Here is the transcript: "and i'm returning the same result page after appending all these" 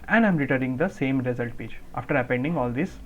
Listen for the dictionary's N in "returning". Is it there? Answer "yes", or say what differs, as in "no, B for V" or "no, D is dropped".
no, N is dropped